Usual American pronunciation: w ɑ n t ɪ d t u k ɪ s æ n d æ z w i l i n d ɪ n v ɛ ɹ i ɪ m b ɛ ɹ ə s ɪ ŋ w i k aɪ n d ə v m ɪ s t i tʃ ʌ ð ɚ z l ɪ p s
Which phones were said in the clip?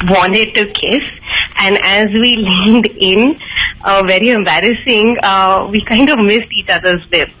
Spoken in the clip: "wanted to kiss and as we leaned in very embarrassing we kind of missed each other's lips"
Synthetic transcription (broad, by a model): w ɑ n t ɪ d t u k ɪ s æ n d æ z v i l i n d ɪ n v ɛ ɹ i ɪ m b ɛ ɹ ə s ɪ ŋ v i k aɪ n d ə v m ɪ s t i tʃ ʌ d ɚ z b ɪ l